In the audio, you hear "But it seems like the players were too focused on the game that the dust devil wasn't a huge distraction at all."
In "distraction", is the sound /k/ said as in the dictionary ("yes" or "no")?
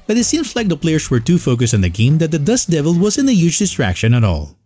yes